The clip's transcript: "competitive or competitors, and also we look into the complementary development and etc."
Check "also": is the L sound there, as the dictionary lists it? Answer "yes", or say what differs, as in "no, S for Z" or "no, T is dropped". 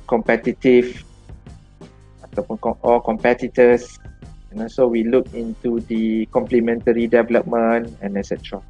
no, L is dropped